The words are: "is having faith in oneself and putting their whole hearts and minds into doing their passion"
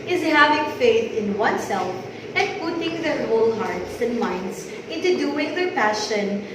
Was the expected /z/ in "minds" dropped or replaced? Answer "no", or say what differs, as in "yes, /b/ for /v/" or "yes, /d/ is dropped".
yes, /s/ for /z/